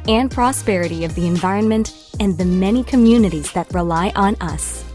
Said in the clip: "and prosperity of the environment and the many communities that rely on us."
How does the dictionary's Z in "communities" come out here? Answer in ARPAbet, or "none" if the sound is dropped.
Z